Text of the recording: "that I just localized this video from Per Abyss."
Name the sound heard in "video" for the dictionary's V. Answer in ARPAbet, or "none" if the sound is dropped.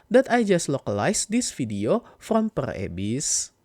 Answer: F